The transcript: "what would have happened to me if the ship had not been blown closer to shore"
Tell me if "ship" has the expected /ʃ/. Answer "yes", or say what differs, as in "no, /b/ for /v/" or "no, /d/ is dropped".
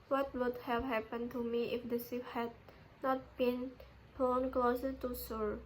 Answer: no, /s/ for /ʃ/